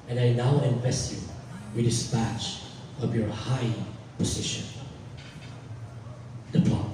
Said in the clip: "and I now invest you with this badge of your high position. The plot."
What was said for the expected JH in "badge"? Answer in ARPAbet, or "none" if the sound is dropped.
CH